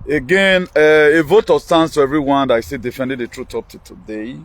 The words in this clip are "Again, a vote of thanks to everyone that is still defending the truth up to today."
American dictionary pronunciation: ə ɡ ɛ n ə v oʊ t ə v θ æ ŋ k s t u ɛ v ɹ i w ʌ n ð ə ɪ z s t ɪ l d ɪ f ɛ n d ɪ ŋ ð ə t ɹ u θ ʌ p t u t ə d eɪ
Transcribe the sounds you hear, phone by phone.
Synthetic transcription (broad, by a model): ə ɡ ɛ n ə v oʊ t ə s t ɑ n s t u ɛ v ɹ i w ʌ n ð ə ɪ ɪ s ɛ d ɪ f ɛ n d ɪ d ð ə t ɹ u t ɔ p t u t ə d eɪ